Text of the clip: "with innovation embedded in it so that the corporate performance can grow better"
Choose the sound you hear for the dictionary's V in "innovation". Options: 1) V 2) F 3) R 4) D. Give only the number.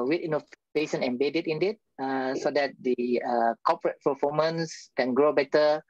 2